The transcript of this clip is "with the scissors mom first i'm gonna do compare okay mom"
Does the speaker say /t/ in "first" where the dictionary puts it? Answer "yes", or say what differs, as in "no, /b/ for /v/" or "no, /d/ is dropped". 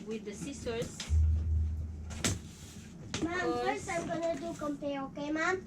no, /t/ is dropped